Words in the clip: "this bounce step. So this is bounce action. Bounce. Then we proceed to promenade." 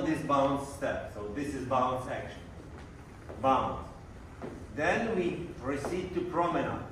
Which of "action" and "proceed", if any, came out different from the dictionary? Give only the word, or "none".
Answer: none